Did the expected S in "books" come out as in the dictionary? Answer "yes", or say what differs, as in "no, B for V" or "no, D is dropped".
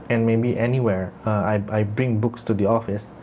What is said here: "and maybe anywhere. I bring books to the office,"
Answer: yes